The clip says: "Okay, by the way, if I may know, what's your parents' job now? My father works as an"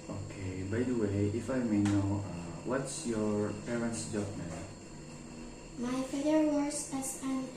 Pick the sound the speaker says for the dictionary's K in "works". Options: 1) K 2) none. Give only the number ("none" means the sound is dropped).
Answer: 2